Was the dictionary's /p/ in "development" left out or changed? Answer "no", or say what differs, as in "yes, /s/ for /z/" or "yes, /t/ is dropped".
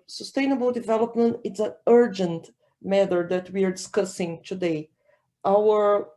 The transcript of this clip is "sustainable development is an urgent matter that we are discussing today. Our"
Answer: no